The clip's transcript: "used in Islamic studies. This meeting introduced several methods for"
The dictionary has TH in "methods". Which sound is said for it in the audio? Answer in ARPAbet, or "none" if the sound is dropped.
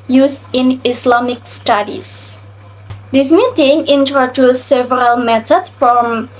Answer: T